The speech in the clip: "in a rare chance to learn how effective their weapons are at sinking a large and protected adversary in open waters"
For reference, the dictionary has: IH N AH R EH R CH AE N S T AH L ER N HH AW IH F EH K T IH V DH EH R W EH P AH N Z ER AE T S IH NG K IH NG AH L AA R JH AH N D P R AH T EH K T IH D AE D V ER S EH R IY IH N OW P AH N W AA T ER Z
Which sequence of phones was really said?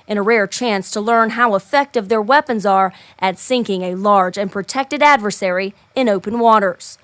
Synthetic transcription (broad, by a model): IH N AH R EH R CH AE N S T AH L ER N HH AW IH F EH K T IH V DH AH R W EH P AH N Z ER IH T S IH NG K IH NG AH L AA R JH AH N P R AH T EH K T IH D AE D V ER S EH R IY IH N OW P AH N W AA T ER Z